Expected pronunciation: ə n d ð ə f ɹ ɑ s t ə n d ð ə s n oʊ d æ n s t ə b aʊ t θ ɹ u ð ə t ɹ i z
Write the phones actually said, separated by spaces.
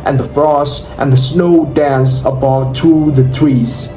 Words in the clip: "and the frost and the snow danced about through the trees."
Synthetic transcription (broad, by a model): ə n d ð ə f ɹ ɑ s t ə n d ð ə s n oʊ d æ n s ə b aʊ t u ð ə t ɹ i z